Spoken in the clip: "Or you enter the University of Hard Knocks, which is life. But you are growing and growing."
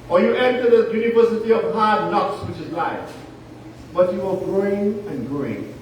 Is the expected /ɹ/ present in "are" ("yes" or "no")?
no